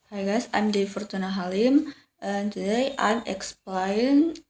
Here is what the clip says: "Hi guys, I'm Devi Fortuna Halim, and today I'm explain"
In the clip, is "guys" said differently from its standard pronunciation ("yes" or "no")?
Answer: yes